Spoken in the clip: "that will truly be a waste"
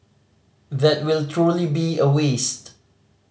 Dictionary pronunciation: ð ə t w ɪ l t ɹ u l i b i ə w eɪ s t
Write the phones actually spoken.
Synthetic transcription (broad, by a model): ð ə t w ɪ l t ɹ u l i b i ə w eɪ s t